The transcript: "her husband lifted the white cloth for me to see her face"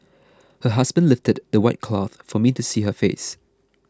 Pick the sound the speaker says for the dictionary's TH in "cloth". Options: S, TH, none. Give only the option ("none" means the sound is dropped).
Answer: TH